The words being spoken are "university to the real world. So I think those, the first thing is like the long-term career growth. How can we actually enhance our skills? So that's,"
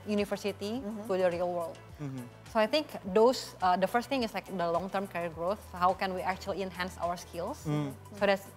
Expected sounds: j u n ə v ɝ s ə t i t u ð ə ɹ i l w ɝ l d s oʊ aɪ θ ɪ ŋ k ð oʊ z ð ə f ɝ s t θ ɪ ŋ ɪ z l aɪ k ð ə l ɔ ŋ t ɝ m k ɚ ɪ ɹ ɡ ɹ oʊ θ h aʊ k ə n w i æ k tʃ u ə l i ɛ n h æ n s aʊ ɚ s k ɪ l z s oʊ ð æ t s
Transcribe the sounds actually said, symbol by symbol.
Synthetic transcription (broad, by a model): j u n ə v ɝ s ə t i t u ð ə ɹ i l w ɝ l d s oʊ aɪ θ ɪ ŋ k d oʊ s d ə f ɝ s t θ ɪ ŋ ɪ s l aɪ k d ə l ɔ ŋ t ɝ m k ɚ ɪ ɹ ɡ ɹ oʊ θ h aʊ k ə n w i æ k tʃ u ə l i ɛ n h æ n s aʊ ɚ s k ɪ l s s oʊ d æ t s